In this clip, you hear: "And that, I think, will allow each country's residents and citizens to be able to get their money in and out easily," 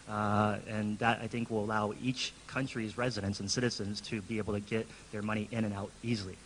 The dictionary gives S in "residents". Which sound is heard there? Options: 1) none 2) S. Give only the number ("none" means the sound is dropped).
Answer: 2